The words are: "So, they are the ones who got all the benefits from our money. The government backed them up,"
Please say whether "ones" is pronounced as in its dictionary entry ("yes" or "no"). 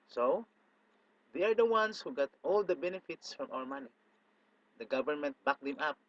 no